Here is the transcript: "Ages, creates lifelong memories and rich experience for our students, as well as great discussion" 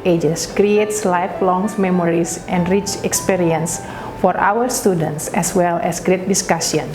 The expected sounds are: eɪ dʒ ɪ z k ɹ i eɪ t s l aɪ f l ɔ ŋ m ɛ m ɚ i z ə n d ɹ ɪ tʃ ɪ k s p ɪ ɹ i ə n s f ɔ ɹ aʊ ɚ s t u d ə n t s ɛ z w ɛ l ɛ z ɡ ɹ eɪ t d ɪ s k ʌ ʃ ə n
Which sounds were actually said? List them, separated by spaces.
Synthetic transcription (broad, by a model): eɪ dʒ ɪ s k ɹ i eɪ t s l aɪ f l ɔ ŋ m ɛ m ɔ i s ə n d ɹ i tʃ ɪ k s p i ɹ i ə n s f ɔ ɹ aʊ ɚ s t u d ə n t s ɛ s w ɛ l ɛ s ɡ ɹ eɪ t d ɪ s k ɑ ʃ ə n